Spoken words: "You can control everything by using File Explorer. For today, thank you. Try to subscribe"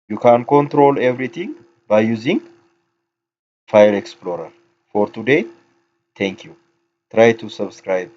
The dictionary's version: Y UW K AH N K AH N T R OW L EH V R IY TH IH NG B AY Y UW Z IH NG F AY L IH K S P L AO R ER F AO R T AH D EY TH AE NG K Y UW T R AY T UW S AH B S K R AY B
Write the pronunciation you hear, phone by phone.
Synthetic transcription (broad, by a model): Y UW K AH N K AH N T R OW L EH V R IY T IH NG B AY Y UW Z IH NG F AY L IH K S P L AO R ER F AO R T AH D EY T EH NG K Y UW T R AY T UW S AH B S K R AY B